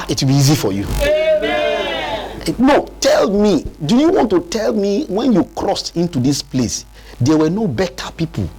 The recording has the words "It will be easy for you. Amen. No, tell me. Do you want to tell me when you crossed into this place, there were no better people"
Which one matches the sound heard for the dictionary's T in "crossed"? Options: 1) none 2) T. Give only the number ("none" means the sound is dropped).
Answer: 2